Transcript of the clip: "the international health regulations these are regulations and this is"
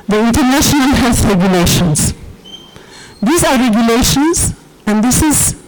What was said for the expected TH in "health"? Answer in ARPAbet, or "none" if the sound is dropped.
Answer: S